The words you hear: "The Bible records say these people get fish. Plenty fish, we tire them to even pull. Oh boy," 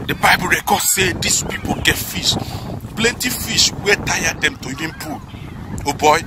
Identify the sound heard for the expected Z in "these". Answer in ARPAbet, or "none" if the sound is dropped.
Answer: S